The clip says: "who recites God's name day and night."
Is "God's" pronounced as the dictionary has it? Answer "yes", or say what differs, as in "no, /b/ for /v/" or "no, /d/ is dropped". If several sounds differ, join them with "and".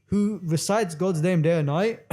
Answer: yes